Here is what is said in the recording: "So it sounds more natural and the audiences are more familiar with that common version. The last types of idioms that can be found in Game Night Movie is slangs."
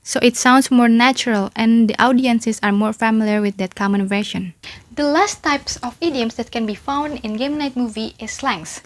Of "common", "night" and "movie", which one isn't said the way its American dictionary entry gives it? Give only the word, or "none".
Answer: none